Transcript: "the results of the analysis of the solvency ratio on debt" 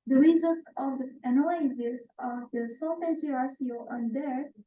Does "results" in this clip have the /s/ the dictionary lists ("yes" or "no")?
yes